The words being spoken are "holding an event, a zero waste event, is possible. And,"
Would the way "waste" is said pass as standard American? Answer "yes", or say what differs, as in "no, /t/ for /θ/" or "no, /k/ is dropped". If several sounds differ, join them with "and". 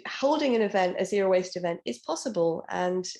yes